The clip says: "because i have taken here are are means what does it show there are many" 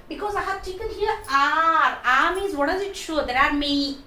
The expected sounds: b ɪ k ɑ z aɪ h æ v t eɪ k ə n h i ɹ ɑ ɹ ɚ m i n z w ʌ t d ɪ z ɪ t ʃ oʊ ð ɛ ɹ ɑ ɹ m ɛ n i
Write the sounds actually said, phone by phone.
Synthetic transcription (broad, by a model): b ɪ k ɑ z aɪ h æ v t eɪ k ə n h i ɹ ɑ ɹ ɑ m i z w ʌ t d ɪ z ɪ t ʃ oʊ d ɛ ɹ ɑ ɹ m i